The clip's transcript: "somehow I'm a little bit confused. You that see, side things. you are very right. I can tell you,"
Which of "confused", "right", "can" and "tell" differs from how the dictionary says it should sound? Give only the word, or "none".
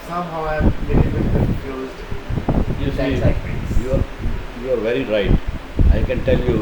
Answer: confused